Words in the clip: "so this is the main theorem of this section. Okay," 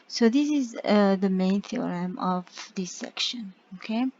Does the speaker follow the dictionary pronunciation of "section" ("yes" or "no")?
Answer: yes